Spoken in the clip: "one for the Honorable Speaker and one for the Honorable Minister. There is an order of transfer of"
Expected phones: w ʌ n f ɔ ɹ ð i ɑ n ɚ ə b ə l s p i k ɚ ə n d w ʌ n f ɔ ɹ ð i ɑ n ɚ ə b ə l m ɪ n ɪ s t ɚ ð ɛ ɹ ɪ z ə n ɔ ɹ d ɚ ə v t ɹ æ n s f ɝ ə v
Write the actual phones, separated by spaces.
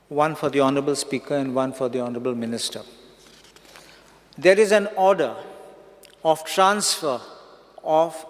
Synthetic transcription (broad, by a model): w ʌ n f ɔ ɹ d i ɑ n ɚ ə b ə l s p i k ɚ ə n d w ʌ n f ɔ ɹ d i ɑ n ɚ ə b ə l m ɪ n ɪ s t ɚ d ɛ ɹ ɪ z ə n ɔ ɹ d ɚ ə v t ɹ æ n s f ɝ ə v